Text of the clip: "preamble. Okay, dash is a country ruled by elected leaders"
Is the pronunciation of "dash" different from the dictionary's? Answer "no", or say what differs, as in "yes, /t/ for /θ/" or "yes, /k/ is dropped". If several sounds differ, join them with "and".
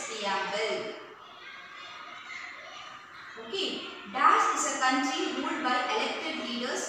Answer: yes, /s/ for /ʃ/